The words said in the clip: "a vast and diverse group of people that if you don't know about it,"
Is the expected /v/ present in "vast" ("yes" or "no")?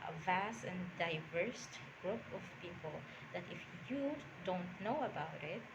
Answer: yes